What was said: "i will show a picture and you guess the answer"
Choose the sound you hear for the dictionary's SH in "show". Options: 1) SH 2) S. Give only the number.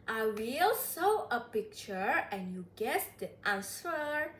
2